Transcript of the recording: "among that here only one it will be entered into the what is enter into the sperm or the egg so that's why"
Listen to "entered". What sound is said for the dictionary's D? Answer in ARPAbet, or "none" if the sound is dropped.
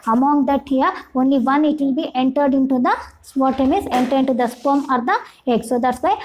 D